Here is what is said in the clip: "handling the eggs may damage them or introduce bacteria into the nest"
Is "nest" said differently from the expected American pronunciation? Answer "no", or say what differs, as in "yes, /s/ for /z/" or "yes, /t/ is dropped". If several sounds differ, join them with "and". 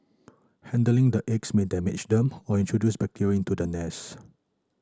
yes, /t/ is dropped